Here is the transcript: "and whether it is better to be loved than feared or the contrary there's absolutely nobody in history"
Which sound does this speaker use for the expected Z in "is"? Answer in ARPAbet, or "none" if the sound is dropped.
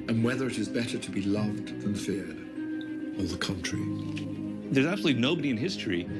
Z